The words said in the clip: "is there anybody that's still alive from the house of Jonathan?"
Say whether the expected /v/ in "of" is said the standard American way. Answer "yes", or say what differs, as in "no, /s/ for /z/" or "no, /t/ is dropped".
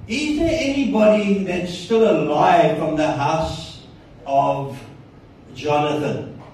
yes